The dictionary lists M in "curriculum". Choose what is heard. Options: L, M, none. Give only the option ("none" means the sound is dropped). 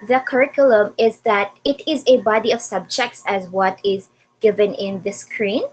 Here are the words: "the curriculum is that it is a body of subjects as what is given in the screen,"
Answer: M